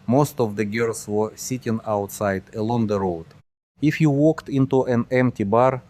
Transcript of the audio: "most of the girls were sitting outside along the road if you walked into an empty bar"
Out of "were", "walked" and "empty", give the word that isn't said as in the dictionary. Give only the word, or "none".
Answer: none